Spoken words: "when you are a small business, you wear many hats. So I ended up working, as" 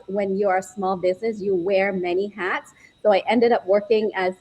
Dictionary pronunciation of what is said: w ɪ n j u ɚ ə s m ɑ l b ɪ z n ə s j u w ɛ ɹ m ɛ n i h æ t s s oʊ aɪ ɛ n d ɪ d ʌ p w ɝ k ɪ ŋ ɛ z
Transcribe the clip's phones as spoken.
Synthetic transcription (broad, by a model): w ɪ n j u ɚ s m ɑ l b ɪ z n ə s j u w ɛ ɹ m ɛ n i h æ t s s oʊ aɪ ɛ n d ɪ d ʌ p w ɝ k ɪ ŋ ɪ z